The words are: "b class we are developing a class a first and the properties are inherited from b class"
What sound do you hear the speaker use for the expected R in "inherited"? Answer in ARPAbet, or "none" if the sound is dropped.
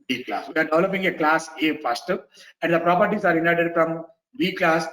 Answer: none